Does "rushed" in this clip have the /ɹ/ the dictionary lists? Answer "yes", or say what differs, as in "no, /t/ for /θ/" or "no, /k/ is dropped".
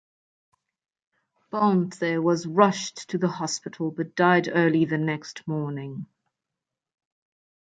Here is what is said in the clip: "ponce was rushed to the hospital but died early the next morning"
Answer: yes